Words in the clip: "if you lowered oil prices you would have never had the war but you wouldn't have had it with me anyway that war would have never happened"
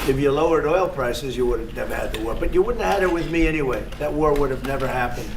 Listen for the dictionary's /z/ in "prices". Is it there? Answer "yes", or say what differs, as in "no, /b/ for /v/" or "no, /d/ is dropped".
yes